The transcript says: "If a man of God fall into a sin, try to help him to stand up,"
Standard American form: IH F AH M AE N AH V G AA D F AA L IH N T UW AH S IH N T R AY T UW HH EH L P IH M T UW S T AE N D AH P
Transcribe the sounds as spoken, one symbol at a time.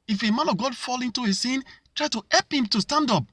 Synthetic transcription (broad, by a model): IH F AH M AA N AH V G AA D F AA L IH N T UW AH S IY N T R AY T UW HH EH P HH IH M T UW S T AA N D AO P